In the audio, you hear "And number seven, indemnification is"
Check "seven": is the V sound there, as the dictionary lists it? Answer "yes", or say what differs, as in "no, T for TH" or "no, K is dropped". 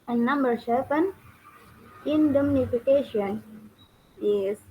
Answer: no, P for V